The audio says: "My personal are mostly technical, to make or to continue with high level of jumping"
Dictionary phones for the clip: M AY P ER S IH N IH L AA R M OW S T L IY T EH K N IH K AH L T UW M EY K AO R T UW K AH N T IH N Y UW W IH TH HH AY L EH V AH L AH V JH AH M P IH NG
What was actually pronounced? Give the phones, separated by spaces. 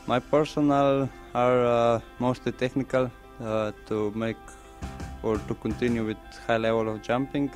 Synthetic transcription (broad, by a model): M AY P ER S IH N IH L AA R M OW S T L IY T EH K N IH K AH L T UW M EY K AO R T UW K AH N T IH N Y UW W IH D HH AY L EH V AH L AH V JH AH M P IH NG